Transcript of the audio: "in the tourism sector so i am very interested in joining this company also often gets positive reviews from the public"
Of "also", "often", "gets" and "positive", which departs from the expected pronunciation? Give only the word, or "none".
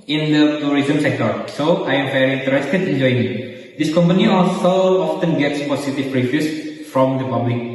positive